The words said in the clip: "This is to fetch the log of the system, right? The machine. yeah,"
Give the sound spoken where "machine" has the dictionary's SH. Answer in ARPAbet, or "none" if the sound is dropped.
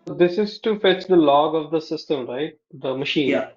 SH